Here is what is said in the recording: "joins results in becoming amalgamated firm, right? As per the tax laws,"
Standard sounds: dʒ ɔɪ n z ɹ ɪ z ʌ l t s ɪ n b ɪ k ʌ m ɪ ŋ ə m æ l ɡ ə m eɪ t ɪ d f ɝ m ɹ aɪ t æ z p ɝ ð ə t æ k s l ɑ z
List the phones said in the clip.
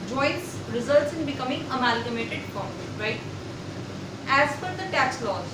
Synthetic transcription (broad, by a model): dʒ ɔɪ n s ɹ ɪ z ʌ l t s ɪ n b ɪ k ʌ m ɪ ŋ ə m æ l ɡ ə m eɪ t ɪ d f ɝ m ɹ aɪ t æ z f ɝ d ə t æ k s l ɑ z